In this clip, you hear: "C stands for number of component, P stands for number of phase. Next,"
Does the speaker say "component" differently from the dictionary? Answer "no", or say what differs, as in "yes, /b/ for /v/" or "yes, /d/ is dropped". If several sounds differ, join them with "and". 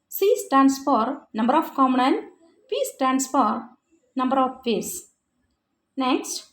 yes, /p/ is dropped